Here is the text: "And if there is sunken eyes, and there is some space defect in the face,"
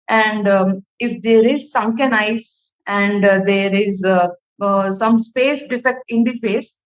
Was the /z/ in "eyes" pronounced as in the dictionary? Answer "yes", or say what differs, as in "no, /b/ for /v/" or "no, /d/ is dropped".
no, /s/ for /z/